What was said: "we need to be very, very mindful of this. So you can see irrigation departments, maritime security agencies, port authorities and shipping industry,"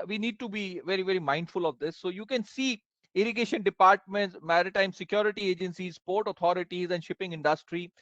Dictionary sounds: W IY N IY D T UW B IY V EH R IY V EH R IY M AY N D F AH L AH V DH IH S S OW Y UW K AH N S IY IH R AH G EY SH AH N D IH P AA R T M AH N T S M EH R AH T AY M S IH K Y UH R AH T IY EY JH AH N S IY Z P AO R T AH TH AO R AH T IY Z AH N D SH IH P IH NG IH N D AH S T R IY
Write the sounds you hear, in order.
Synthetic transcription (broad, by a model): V IY N IY D T UW B IY V EH R IY V EH R IY M AY N D F AH L AH V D IH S S OW Y UW K AH N S IY IH R AH G EY SH AH N D IH P AA R T M AH N T S M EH R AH T AY M S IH K Y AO R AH T IY EY JH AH N S IY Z P AO R T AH T AO R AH T IY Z AH N D SH IH P IH NG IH N D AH S T R IY